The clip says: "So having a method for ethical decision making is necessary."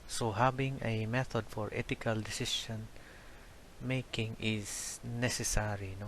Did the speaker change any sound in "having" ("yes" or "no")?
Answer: yes